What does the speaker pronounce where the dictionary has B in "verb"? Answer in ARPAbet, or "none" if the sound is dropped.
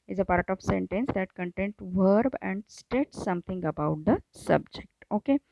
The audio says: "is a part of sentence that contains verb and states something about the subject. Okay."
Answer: B